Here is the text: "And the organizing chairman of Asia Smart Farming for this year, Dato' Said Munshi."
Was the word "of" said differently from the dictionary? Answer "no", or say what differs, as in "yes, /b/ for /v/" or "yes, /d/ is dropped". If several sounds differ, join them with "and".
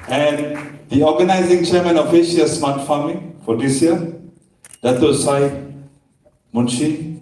yes, /f/ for /v/